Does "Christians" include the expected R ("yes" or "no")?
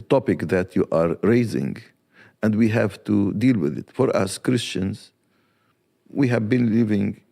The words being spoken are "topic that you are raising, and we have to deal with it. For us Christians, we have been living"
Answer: yes